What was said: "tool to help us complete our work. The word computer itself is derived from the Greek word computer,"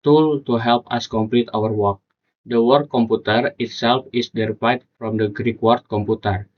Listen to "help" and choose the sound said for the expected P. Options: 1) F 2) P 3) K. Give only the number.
2